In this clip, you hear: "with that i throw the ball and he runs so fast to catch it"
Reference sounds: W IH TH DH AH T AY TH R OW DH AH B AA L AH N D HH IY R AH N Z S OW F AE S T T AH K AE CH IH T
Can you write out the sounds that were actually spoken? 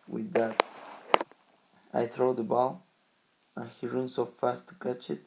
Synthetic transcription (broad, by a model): W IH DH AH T AY TH R OW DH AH B AA L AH N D HH IY R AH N S OW F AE S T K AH CH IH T